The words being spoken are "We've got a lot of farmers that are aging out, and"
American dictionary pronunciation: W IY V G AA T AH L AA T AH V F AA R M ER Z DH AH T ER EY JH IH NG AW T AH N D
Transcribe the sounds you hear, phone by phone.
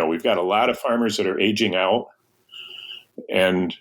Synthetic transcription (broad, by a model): W IY V G AA T AH L AA T AH V F AA R M ER Z DH AH T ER EY JH IH NG AW T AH N